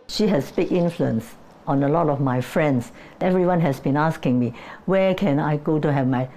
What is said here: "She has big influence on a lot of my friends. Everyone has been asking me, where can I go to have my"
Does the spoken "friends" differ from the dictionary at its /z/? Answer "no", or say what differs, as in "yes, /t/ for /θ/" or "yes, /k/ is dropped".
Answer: yes, /s/ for /z/